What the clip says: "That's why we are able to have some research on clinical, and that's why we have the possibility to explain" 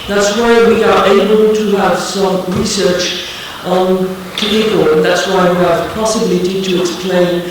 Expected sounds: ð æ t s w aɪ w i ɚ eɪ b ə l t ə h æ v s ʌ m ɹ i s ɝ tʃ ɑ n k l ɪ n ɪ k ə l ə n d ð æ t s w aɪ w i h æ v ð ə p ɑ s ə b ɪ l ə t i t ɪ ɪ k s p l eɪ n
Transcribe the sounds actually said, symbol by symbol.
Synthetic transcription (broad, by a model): ð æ t s w aɪ w i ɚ eɪ b ə l t ə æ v s ʌ m ɹ i s ɝ tʃ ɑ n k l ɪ ɪ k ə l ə n ð æ t s w aɪ w i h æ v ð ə p ɑ s ə b ɪ l ə t i t ɪ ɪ k s p l eɪ n